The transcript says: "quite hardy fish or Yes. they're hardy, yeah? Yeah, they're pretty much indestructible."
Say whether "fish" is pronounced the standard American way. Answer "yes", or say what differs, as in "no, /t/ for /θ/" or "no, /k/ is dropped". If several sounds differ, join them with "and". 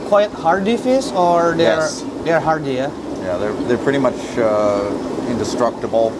no, /s/ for /ʃ/